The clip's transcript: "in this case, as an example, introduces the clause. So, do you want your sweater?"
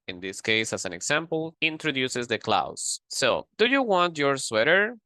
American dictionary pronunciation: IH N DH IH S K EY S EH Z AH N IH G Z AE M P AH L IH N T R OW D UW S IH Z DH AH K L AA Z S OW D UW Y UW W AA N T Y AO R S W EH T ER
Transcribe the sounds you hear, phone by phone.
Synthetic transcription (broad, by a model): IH N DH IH S K EY S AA S AH N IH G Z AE M P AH L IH N T R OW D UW S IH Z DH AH K L AA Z S OW D UW Y UW W AA N T Y AO R S W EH T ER